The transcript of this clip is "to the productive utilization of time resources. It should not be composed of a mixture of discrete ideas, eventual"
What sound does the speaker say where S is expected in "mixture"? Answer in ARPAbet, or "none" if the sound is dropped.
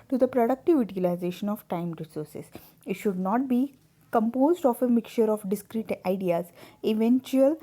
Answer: none